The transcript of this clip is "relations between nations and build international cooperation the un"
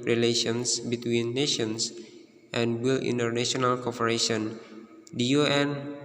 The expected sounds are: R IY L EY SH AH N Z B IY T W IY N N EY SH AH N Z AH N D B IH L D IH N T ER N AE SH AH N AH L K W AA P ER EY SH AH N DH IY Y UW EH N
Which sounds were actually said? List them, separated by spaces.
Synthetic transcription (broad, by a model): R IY L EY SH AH N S B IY T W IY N N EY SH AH N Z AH N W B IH L IH N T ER N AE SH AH N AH L K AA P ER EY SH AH N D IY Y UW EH N